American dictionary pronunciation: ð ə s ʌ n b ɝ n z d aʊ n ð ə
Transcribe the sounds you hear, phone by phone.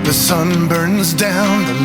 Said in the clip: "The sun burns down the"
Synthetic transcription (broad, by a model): ð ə s ʌ n b ɝ n z d aʊ n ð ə